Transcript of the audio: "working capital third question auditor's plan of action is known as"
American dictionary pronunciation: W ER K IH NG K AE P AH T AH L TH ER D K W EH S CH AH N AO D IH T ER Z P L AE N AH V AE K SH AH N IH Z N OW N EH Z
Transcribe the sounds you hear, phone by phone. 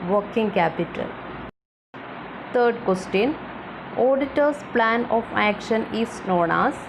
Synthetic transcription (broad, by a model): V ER K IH NG K AE P AH T AH L T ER D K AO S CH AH N AO D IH T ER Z P L AE N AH F AE K SH AH N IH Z N OW N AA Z